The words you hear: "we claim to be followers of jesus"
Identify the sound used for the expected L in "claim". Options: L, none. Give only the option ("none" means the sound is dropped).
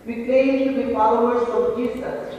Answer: none